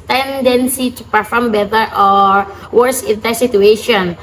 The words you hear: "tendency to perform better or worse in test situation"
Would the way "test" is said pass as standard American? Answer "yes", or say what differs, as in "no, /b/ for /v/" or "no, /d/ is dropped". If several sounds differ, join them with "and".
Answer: no, /s/ is dropped